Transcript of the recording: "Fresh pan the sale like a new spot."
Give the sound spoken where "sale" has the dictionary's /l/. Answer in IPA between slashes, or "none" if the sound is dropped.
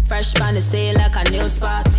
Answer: /n/